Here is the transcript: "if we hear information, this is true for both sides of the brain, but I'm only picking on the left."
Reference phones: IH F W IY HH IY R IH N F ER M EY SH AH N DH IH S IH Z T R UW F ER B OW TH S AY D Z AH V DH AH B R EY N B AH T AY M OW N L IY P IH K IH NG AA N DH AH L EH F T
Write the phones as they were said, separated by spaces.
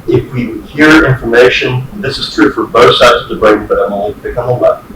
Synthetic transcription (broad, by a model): IH F W IY HH IY R IH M F ER M EY SH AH N DH IH S IH Z T R UW F ER B OW TH S AY D Z AH V DH AH B R EY N B AH T AY M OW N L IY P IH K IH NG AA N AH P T